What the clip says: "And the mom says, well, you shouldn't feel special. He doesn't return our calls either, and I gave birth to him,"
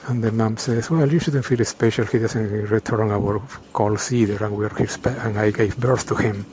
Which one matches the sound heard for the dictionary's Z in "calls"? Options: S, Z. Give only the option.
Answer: S